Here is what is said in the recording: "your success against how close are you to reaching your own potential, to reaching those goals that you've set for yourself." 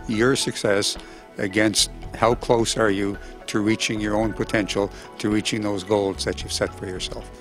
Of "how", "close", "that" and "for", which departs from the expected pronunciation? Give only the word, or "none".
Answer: none